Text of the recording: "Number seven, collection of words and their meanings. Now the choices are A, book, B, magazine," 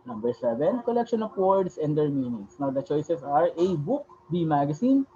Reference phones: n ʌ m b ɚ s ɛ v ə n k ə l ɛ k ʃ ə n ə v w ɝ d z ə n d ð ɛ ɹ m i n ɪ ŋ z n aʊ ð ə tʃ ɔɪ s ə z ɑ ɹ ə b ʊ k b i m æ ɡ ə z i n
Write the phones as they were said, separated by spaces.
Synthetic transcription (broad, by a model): n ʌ m b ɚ s ɛ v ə n k ə l ɛ k ʃ ə n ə p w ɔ d s ə n d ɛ ɹ m i n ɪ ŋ s n aʊ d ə tʃ ɔɪ s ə s ɑ ɹ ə b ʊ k b i m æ ɡ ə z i n